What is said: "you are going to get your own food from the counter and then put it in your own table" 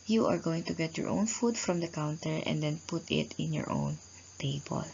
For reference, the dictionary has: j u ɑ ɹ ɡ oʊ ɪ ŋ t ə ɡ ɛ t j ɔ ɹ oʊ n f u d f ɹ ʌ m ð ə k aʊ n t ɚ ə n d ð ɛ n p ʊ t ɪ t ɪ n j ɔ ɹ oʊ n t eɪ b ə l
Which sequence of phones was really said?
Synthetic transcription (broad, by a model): j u ɑ ɹ ɡ oʊ ɪ ŋ t ə ɡ ɛ t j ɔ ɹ oʊ n f u d f ɹ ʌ m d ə k aʊ n t ɚ ə n d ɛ n p ʊ t ɪ t ɪ n j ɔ ɹ oʊ n t eɪ b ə l